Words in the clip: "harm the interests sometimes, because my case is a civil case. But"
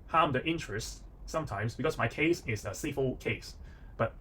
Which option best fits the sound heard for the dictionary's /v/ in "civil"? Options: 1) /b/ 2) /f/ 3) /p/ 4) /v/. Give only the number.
2